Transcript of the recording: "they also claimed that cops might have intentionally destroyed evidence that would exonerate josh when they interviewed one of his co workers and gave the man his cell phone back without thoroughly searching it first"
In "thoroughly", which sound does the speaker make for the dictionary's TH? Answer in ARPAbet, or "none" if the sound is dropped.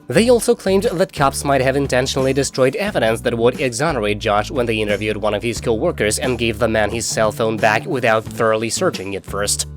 TH